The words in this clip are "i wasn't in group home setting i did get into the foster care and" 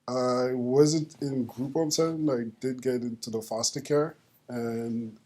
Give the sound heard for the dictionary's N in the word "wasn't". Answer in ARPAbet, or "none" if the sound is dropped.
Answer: N